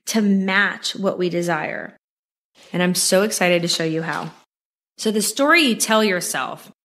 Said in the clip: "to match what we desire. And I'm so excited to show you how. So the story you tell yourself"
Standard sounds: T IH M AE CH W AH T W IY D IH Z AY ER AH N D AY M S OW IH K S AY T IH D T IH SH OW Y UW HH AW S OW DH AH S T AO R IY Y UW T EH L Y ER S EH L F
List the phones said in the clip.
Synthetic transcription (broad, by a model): T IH M AE CH W AH T W IY D IH Z AY ER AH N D AY M S OW IH K S AY T IH D T IH SH OW Y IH HH AW S OW DH AH S T AO R IY Y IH T EH L Y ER S EH L F